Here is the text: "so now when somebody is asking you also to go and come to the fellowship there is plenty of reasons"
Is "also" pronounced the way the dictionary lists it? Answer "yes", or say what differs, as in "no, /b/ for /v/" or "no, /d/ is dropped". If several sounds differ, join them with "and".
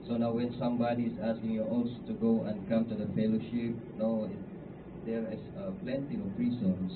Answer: no, /l/ is dropped